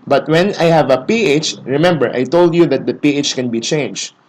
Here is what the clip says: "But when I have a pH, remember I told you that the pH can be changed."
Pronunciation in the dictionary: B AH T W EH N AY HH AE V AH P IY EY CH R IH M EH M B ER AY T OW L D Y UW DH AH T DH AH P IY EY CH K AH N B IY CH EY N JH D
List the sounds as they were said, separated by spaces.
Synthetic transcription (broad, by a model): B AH T W EH N AY HH AE V AH P IY EY CH R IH M EH M B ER AY T OW L D Y UW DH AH T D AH P IY EY CH K AH N B IY CH EY N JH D